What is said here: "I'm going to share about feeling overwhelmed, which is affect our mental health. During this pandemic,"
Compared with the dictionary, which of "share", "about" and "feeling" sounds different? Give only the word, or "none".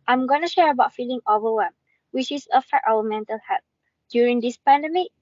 none